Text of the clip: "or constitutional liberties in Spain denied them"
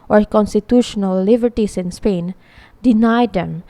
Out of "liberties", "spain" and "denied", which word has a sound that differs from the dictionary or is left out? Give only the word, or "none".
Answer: liberties